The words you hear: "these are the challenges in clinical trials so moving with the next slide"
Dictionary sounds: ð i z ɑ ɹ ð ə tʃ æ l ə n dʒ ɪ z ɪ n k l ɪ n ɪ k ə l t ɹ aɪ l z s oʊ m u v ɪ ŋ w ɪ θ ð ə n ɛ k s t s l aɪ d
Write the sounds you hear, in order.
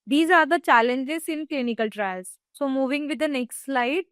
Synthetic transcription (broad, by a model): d i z ɑ ɹ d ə tʃ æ l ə n dʒ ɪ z ɪ n k l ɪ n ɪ k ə l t ɹ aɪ z s oʊ m u v ɪ ŋ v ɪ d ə n ɛ k s t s l aɪ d